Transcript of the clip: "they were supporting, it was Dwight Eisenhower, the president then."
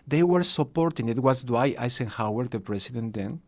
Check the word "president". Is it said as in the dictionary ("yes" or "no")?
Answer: no